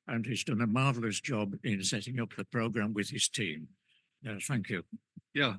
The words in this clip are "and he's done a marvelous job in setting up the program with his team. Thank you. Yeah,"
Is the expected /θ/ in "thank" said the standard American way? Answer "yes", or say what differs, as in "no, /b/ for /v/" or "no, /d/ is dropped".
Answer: yes